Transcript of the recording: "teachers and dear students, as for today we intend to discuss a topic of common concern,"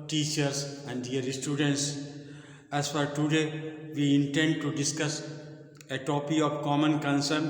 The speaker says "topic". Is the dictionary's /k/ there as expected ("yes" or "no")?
no